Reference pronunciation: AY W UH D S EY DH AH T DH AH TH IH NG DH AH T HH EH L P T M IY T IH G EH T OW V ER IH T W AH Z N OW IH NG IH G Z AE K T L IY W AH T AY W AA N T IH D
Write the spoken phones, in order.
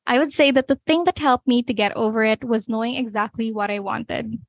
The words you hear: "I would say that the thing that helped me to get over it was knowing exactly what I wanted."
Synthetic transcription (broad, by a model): AY W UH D S EY DH AH T DH AH TH IH NG DH AH T HH EH L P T M IY T IH G EH T OW V ER IH T W AH Z N OW IH NG IH G Z AE K T L IY W AH T AY W AA N T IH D